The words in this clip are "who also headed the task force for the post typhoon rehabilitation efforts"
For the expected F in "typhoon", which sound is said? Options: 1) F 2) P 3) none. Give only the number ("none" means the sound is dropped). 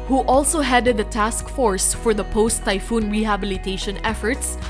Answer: 1